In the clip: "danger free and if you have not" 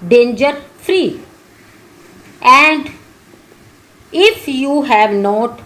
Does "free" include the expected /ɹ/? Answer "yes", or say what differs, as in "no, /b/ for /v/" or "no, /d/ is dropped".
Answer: yes